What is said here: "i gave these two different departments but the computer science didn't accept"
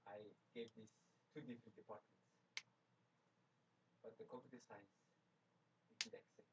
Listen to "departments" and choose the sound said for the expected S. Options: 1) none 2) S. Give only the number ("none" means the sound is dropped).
2